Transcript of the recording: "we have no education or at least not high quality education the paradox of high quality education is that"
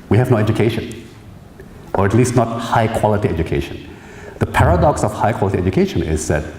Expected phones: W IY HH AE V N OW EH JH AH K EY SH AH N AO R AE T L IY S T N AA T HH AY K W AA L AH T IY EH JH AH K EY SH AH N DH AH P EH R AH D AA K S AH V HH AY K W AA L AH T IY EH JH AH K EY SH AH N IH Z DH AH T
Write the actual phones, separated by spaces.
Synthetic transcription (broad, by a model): W IY HH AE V N OW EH JH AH K EY SH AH N AO R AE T L IY S T N AA T HH AY K W AA L AH T IY EH JH AH K EY SH AH N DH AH P EH R AH D AA K S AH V HH AY K W AA L AH T IY EH JH AH K EY SH AH N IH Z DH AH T